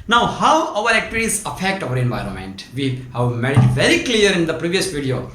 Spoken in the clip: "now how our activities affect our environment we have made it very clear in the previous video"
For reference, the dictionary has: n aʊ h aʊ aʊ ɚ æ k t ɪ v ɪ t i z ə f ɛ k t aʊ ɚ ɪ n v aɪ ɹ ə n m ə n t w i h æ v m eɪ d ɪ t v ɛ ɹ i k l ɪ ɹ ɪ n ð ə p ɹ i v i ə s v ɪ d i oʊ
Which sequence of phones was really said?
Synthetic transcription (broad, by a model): n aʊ h aʊ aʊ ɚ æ k t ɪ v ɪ t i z ə f ɛ k t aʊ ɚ ɪ n v aɪ ɹ ə n m ə n t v i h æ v m eɪ d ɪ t v ɛ ɹ i k l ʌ ɹ ɪ n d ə p ɹ i v i ə s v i d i oʊ